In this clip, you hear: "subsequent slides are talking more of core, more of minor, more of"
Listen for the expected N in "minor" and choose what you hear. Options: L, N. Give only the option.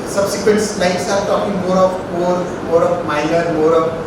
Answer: L